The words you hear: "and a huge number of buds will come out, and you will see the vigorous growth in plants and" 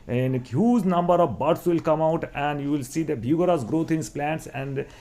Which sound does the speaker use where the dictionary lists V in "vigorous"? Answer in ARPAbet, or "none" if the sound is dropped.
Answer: B